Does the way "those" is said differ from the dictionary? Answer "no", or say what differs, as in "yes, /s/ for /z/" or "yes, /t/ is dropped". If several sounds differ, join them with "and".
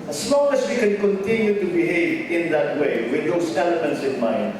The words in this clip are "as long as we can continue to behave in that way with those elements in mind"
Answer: yes, /s/ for /z/